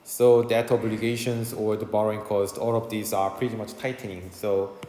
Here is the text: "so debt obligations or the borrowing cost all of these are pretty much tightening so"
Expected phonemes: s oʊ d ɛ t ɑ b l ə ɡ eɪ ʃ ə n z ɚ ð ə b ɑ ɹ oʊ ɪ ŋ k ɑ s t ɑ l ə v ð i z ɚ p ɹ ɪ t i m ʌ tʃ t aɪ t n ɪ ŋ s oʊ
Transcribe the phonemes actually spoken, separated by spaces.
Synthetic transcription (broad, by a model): s oʊ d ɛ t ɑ b l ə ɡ eɪ ʃ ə n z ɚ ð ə b ɑ ɹ oʊ ɪ ŋ k ɑ s t ɑ l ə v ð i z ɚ p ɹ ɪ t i m ʌ tʃ t aɪ t n ɪ ŋ s oʊ